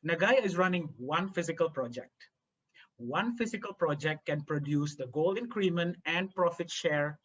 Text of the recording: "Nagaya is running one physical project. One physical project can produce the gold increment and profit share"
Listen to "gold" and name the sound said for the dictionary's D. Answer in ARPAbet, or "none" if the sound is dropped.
none